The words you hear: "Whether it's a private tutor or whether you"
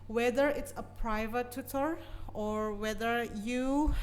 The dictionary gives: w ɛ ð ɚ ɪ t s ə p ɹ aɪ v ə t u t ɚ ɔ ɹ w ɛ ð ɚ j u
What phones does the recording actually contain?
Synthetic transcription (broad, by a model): w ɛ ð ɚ ɪ t s ə p ɹ aɪ v ə t u t ɚ ɔ ɹ w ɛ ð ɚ j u